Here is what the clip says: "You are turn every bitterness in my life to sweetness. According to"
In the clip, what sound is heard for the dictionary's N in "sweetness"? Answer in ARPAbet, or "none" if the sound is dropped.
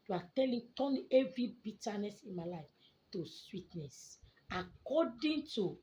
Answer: N